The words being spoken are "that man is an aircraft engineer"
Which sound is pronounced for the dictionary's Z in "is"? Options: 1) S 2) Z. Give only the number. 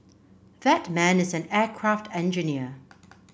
2